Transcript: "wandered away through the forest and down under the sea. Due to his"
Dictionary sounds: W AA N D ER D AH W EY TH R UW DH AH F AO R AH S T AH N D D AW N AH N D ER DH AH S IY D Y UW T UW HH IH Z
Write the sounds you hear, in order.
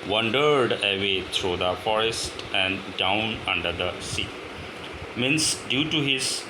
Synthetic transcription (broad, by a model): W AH N D ER D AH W EY T R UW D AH F AO R AH S T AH N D D AW N AH N D ER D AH S IY D Y UW T UW HH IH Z